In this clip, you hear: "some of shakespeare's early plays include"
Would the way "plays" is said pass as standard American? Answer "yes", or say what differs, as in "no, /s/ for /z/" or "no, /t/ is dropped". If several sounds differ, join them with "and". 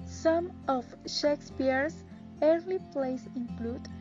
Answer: no, /s/ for /z/